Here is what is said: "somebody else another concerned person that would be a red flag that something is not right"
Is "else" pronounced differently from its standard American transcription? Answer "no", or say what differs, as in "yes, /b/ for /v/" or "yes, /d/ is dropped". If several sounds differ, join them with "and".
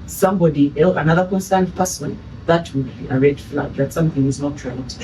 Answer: yes, /s/ is dropped